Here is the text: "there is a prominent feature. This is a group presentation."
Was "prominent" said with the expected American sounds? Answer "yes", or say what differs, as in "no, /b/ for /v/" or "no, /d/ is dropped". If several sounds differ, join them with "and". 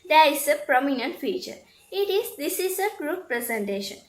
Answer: yes